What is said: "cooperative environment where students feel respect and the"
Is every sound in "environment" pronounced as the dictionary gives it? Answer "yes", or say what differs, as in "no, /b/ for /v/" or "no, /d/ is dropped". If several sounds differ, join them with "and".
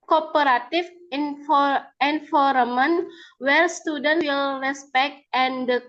no, /f/ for /v/ and /n/ is dropped